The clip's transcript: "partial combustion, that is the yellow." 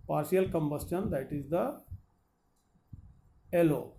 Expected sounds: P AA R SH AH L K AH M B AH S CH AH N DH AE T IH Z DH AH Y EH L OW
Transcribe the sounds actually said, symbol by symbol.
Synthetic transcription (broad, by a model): P AA R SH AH L K AH M B AH S CH AH N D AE T IH Z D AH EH L OW